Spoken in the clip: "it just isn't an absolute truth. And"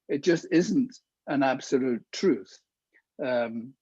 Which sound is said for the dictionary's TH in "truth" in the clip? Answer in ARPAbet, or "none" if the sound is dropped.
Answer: TH